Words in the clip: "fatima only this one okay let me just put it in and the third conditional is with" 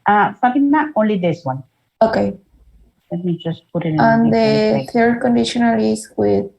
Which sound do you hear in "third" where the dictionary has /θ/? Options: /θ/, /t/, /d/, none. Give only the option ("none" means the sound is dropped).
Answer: /t/